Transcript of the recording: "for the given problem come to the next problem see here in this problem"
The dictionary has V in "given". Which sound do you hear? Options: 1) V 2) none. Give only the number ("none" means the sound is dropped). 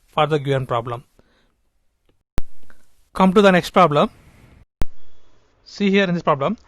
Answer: 2